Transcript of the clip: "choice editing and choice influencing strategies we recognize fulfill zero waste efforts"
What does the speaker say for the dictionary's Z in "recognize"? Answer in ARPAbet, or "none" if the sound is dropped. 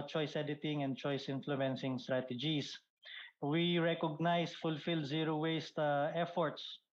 S